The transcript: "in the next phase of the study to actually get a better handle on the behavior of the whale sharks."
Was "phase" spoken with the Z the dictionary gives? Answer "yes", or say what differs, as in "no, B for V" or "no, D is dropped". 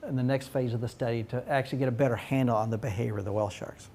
yes